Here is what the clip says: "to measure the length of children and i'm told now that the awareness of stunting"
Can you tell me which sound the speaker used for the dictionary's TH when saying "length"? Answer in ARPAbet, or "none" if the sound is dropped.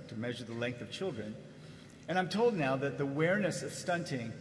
TH